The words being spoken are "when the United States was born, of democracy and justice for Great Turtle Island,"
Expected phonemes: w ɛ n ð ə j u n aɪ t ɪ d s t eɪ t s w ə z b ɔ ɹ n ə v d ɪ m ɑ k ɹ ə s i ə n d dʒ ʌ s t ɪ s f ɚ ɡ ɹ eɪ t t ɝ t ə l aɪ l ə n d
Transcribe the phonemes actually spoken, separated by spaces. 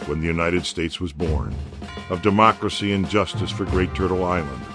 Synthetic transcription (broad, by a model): w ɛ n ð ə j u n aɪ t ɪ d s t eɪ t s w ə z b ɔ ɹ n ə v d ɪ m ɑ k ɹ ə s i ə n dʒ ʌ s t ɪ s f ɚ ɡ ɹ eɪ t t ɝ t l aɪ l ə n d